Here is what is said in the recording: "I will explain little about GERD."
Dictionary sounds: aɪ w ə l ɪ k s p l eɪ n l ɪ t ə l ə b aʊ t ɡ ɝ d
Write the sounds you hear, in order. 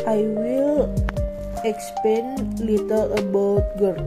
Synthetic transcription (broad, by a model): aɪ w ə l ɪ k s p eɪ n l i t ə l ə b aʊ t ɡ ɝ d